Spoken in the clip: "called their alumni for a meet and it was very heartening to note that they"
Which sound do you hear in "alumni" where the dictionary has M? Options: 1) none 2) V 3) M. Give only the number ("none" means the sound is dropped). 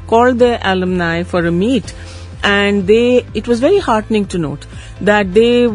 3